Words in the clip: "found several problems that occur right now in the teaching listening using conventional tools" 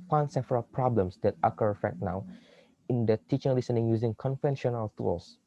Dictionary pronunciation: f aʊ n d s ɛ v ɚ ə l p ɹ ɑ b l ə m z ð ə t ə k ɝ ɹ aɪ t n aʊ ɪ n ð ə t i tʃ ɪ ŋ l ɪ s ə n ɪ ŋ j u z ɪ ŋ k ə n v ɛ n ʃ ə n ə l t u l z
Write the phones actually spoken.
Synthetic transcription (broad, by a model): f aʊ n s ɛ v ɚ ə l p ɹ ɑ b l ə m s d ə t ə k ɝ l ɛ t n aʊ ɪ n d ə t i tʃ ɪ ŋ l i s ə n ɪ ŋ j u z ɪ ŋ k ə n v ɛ n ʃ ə n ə l t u l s